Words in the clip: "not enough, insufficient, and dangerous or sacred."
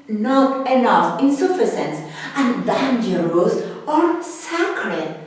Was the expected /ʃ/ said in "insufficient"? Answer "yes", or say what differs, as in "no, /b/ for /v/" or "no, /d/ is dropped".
no, /s/ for /ʃ/